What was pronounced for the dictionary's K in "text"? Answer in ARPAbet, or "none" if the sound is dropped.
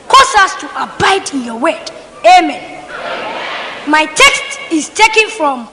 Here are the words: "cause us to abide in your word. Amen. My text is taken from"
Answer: K